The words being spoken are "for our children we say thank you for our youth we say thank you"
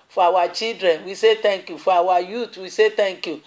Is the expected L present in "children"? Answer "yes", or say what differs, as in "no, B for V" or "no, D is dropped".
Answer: no, L is dropped